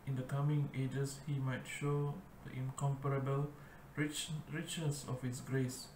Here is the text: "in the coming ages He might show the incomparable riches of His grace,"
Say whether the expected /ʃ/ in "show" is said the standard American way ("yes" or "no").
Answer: yes